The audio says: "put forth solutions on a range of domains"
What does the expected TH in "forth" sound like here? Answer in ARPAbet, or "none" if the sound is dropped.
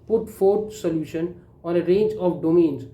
T